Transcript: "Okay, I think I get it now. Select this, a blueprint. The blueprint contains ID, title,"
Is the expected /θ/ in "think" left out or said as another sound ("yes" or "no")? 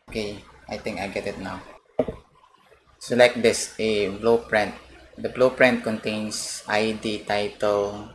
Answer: yes